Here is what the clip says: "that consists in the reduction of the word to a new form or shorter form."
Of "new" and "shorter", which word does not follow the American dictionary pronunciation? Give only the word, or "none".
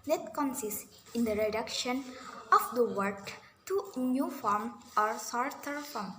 shorter